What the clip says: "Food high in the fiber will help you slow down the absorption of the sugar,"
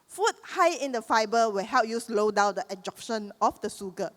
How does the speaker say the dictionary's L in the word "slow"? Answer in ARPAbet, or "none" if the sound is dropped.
L